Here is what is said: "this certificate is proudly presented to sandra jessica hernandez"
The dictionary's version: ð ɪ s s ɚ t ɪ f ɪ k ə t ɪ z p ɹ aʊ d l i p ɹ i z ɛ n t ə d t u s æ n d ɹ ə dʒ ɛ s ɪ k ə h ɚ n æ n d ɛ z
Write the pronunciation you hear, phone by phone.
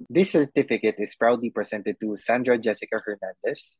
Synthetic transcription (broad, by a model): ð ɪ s s ɚ t ɪ f ɪ k ə t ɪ s p ɹ aʊ d l i p ɹ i s ɛ n t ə d t u s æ n d ɹ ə dʒ ɛ s ɪ k ə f ɚ n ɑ n d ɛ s